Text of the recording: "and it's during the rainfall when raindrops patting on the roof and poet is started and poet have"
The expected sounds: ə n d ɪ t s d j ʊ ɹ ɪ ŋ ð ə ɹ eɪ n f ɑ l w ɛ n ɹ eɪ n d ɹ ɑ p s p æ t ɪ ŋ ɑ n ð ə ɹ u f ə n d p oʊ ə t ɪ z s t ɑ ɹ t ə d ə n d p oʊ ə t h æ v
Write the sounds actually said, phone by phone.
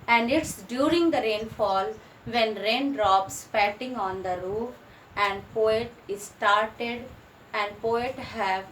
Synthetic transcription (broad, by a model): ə n d ɪ t s d j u ɹ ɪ ŋ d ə ɹ eɪ n f ɑ l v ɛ n ɹ eɪ n d ɹ ɑ p s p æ t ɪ ŋ ɑ n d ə ɹ u f ə n d p oʊ ə t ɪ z s t ɑ ɹ t ə d ə n d p oʊ ə t h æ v